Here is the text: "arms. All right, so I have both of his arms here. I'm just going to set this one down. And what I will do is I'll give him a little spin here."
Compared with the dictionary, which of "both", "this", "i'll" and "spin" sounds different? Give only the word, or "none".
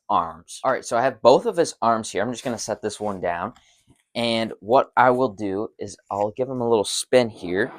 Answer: none